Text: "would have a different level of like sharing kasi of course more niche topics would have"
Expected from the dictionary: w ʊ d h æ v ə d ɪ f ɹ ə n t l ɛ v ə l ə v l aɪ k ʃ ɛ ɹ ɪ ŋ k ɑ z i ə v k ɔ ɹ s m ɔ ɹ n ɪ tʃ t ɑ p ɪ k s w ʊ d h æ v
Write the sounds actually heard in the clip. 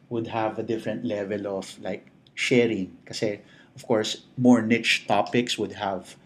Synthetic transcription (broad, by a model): w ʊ d h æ v ə d ɪ f ɹ ə n t l ɛ v ə l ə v l aɪ k ʃ ɛ ɹ ɪ ŋ k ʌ s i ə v k ɔ ɹ s m ɔ ɹ n ɪ tʃ t ɑ p ɪ k s w ʊ d h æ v